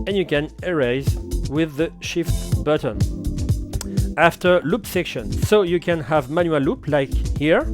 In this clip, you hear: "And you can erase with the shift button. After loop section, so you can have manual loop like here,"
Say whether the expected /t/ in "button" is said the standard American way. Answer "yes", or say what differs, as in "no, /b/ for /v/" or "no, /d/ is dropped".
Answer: yes